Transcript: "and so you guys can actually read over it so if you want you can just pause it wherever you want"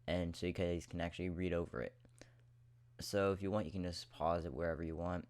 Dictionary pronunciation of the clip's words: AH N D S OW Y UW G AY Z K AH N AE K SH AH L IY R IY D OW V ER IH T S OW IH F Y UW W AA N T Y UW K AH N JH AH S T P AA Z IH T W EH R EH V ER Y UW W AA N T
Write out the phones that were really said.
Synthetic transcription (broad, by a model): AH N S OW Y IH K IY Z K AH N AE K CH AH L IY R IY D OW V ER IH T S OW IH F Y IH W AA N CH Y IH K AH N JH AH S P AA Z IH T W EH R EH V ER Y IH W AA N T